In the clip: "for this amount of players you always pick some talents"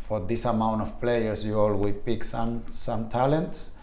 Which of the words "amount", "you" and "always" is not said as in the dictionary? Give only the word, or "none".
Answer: always